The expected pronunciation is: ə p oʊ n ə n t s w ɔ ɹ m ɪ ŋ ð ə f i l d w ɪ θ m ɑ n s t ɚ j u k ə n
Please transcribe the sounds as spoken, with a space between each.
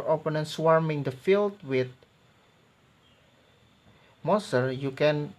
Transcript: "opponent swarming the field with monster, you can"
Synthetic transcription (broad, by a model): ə p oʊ n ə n s w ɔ ɹ m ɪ ŋ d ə f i l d w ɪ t m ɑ s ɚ j u k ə n